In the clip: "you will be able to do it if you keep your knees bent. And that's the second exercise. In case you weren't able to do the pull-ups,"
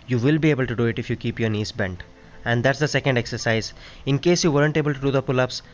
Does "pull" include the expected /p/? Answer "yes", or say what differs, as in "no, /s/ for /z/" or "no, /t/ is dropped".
yes